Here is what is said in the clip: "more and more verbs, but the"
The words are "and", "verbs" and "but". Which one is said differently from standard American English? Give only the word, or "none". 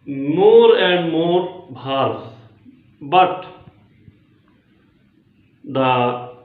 verbs